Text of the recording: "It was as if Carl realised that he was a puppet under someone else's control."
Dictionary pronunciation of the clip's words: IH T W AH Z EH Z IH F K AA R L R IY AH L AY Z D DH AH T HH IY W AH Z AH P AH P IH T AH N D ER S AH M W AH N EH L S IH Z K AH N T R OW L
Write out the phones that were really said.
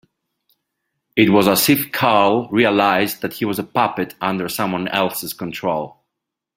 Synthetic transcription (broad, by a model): IH T W AH Z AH S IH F K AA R L R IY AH L AY Z DH AH T HH IY W AH Z AH P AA P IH T AH N D ER S AH M W AH N EH L S IH Z K AH N T R OW L